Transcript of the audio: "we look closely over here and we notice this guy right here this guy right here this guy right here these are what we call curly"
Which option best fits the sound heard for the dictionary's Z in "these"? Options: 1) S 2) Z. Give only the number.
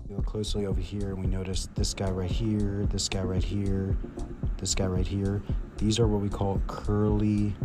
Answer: 2